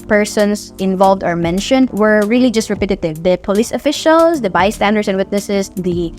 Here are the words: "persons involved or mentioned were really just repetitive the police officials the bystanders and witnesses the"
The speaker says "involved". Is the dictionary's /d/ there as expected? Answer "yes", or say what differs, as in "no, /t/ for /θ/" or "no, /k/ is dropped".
yes